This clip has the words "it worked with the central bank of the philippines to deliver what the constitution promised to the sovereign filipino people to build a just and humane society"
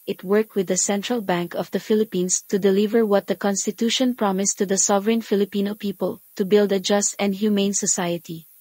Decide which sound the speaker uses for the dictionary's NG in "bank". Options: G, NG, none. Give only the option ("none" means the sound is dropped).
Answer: NG